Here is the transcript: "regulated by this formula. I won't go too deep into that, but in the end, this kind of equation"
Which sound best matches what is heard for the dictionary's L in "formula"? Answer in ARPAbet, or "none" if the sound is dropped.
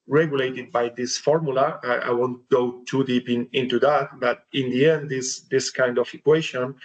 L